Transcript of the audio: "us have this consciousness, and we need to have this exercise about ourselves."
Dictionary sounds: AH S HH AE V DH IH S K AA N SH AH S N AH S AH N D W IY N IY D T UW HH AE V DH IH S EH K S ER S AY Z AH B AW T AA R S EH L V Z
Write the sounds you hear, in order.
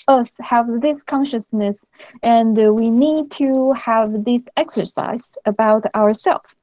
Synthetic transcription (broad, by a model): AH S HH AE V DH IH S K AA N SH AH S N AH S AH N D W IY N IY D T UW HH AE V DH IH S EH K S ER S AY Z AH B AW T AA R S EH L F